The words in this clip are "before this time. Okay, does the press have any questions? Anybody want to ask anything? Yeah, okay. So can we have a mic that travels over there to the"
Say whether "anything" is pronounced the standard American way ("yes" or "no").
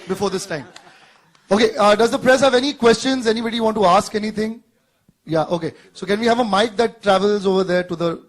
no